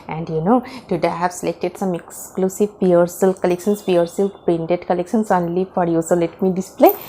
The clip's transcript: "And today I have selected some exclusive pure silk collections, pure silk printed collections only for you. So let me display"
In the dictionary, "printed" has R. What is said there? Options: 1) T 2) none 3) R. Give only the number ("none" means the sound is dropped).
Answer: 2